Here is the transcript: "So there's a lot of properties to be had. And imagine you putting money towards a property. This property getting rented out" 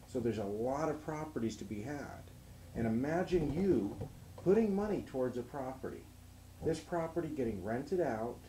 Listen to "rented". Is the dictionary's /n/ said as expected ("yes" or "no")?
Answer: yes